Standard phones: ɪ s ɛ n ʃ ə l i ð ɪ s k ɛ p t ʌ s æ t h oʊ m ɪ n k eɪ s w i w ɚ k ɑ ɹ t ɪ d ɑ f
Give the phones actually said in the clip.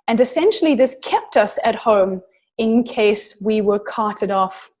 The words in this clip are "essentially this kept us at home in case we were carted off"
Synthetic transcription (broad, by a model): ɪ s ɛ n ʃ l i ð ɪ s k ɛ p t ʌ s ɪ t h oʊ m ɪ n k eɪ s w i w ɚ k ɑ ɹ t ɪ d ɑ f